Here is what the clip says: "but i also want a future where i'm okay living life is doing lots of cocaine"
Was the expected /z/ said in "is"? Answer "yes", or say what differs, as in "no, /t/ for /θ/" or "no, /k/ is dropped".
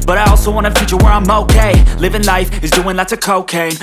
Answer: yes